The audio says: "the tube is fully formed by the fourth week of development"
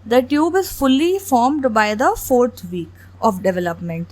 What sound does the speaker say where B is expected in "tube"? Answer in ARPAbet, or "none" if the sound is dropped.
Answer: B